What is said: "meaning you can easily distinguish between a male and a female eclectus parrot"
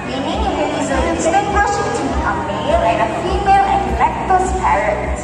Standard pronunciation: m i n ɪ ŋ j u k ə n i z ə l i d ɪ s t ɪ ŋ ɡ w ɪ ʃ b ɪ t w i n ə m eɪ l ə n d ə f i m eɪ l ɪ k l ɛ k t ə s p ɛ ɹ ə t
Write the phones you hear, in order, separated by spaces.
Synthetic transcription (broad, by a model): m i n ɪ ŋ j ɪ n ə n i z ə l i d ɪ t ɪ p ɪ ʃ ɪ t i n ə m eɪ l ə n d ə f i m eɪ l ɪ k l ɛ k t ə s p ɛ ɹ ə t